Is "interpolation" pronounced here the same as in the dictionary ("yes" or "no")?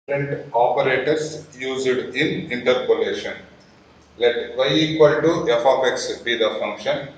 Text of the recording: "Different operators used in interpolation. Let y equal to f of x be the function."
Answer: yes